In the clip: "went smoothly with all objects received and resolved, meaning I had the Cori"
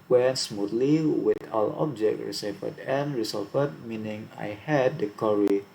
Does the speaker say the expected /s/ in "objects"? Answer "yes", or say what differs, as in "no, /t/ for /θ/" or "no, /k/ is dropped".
no, /s/ is dropped